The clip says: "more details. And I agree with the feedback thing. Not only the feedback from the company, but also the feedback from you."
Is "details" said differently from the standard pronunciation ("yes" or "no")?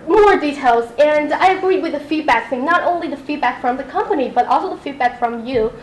no